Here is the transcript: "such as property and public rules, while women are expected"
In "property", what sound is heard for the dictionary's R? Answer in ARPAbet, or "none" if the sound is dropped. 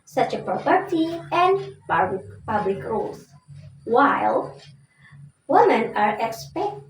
R